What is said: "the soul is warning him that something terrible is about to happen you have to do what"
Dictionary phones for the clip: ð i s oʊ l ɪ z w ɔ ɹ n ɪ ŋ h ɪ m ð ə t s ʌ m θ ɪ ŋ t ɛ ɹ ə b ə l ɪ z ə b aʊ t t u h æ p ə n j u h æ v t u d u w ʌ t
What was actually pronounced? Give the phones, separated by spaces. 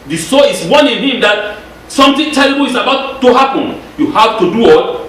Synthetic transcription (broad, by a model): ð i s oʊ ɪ s w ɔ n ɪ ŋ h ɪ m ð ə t s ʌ m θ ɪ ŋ t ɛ l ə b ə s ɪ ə b aʊ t t u h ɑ p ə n j u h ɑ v t u d u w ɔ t